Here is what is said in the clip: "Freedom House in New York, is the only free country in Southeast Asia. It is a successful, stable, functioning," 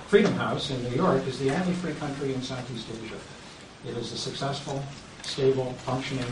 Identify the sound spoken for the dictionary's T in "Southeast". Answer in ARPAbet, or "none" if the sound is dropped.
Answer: T